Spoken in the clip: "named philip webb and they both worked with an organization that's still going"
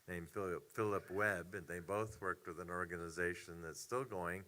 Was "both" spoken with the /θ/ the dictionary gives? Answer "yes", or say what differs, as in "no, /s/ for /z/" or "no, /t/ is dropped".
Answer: yes